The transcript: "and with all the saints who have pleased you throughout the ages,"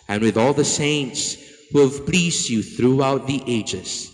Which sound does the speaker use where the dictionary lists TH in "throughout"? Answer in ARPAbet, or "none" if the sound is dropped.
TH